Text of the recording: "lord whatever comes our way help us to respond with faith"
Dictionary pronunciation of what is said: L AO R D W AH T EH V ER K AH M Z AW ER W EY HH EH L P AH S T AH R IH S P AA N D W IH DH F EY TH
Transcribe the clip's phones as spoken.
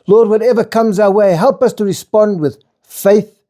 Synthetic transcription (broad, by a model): L AO R D W AH T EH V ER K AH M Z AW ER W EY HH EH L P AH S T AH R IH S P AA N D W IH DH F EY TH